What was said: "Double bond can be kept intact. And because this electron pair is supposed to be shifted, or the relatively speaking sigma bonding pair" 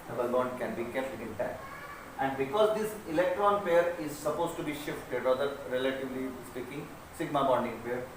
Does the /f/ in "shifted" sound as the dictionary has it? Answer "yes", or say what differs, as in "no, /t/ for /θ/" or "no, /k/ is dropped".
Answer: yes